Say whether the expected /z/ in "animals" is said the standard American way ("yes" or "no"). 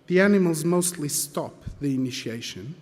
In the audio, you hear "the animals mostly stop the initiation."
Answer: yes